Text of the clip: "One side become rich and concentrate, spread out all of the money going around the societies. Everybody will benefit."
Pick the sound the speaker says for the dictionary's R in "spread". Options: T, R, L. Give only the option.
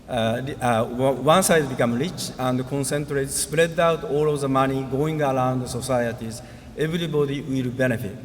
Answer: R